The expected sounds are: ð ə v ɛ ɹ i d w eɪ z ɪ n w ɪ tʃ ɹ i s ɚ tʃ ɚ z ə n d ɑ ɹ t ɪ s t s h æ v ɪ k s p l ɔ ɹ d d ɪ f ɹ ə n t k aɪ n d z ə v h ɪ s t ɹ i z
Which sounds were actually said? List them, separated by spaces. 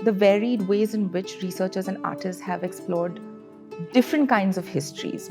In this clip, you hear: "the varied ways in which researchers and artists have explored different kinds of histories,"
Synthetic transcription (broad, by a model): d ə v ɛ ɹ i d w eɪ z ɪ n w ɪ tʃ ɹ i s ɚ tʃ ɚ z ə n d ɑ ɹ t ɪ s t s h æ v ɪ k s p l ɔ ɹ d d ɪ f ɹ ə n t k aɪ n d z ə v h ɪ s t ɹ i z